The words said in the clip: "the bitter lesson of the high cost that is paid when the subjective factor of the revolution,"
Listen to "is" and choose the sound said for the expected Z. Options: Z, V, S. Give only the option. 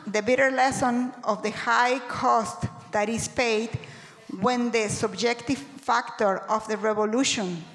S